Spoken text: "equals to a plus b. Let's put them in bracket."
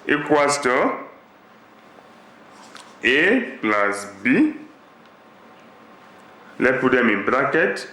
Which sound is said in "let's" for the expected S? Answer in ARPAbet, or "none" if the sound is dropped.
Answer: none